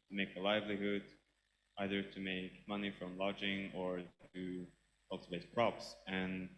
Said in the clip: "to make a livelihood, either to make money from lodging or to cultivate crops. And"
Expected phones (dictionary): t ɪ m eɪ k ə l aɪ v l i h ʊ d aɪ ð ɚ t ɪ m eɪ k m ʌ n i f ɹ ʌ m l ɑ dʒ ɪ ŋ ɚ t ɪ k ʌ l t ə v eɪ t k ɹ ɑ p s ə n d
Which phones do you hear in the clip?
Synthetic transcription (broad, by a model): t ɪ m eɪ k ə l aɪ v l i h ʊ d aɪ ð ɚ t ɪ m eɪ k m ʌ n i f ɹ ʌ m l ɑ dʒ ɪ ŋ ɚ t ɪ k ʌ l t ə v eɪ t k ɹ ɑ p s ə n